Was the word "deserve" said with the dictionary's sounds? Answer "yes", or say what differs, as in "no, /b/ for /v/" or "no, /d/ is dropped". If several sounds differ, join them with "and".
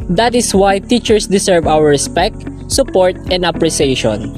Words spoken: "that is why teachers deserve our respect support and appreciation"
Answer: no, /s/ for /z/